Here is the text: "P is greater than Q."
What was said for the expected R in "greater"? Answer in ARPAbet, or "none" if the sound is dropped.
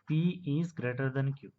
R